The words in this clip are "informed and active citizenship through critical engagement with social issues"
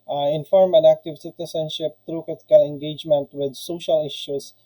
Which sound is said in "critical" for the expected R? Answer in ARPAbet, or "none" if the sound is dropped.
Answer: none